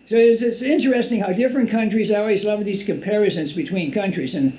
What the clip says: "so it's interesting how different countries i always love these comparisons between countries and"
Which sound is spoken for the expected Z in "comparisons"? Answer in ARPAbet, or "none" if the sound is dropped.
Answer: Z